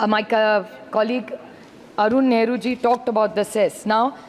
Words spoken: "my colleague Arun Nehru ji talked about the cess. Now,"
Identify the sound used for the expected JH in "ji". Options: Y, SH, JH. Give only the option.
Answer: JH